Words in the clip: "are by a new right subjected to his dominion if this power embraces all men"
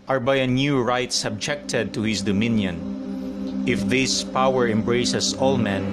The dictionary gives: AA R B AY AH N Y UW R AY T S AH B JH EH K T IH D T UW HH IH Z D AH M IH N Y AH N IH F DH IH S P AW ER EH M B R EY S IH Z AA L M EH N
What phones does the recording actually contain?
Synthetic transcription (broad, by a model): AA R B AY AH N Y UW R AY T S AH B JH EH K T IH D T UW HH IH S D AH M IH N Y AH N IH F DH IH S P AW ER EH M B R EY S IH S AA L M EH N